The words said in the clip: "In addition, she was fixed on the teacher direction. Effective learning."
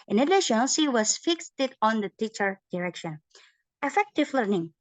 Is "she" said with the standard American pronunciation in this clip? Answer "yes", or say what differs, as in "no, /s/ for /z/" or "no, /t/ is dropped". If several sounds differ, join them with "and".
no, /s/ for /ʃ/